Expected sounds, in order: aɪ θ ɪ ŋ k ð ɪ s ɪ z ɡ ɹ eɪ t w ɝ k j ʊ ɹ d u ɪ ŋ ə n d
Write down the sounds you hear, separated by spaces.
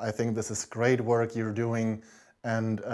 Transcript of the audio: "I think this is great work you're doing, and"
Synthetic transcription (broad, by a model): aɪ θ ɪ ŋ k ð ɪ s ɪ z ɡ ɹ eɪ t w ɝ k j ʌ ɹ d u ɪ ŋ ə n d